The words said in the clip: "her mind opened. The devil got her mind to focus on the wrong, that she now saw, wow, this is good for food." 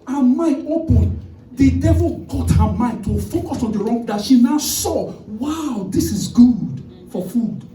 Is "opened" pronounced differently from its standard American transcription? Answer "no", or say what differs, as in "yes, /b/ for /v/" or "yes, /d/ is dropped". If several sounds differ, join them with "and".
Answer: yes, /n/ is dropped